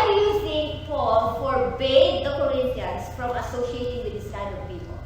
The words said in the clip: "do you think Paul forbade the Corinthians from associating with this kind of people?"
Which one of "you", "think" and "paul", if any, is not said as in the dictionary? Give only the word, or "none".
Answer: think